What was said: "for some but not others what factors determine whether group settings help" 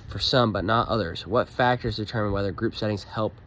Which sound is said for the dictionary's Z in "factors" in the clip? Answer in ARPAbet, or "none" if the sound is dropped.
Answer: Z